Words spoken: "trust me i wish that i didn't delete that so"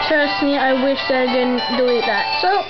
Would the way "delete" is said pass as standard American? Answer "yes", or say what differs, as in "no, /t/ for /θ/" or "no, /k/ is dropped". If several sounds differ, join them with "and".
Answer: no, /l/ is dropped